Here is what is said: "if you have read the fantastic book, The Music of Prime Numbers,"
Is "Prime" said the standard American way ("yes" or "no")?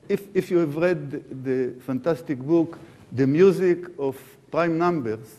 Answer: yes